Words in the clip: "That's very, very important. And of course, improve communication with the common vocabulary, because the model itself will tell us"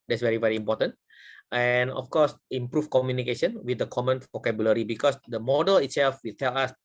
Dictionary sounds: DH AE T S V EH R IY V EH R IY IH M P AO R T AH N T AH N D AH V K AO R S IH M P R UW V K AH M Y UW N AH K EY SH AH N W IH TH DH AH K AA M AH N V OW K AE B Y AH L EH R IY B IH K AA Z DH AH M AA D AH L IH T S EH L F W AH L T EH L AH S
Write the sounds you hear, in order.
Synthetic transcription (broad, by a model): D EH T S V EH R IY V EH R IY M P AO T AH N T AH N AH F K AO S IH M P R UW F K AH M Y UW N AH K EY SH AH N W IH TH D AH K AA M AH N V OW K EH B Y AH L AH R IY B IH K AA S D AH M AA D AH L IH T S EH L F W AH L T EH L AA S